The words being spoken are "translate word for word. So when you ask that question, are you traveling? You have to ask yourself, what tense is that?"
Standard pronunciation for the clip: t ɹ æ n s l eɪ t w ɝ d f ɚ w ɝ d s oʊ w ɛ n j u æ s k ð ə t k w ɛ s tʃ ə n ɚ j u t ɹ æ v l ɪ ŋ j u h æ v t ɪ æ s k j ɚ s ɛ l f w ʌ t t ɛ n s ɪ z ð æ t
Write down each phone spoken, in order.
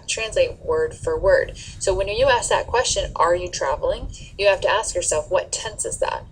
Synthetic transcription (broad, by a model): t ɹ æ n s l eɪ t w ɝ d f ɚ w ɝ d s oʊ w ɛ n j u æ s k ð ə t k w ɛ s tʃ ə n ɚ j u t ɹ æ v l ɪ ŋ j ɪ h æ f t ɪ æ s k j ɚ s ɛ l f w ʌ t t ɛ n s ɪ z ð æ t